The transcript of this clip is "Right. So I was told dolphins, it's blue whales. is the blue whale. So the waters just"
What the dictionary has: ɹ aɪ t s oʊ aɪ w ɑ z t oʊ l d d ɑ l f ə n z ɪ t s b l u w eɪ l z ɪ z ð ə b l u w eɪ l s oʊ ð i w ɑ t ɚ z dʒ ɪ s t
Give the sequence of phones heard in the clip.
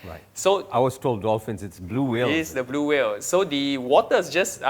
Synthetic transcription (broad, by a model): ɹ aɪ s oʊ aɪ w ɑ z t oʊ l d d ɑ l f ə n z ɪ t s b l u w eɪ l ɪ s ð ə b l u w eɪ l s oʊ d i w ɑ t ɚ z dʒ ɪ s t